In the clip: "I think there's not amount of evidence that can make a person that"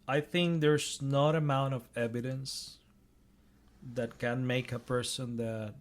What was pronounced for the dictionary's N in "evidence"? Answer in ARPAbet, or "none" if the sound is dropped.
N